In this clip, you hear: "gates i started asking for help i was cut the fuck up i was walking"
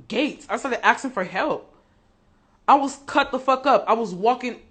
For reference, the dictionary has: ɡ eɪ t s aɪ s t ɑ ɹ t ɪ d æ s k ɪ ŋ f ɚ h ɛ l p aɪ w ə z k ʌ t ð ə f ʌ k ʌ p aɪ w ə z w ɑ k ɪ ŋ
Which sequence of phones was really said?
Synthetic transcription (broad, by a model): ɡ eɪ t s aɪ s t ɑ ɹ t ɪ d æ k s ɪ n f ɚ h ɛ l p aɪ w ə z k ʌ t ð ə f ʌ k ʌ p aɪ w ə z w ɑ k ɪ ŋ